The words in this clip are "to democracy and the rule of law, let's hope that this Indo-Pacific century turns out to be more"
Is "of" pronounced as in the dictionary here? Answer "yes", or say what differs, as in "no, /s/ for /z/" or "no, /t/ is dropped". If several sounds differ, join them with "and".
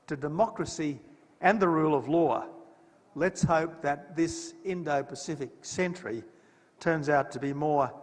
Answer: yes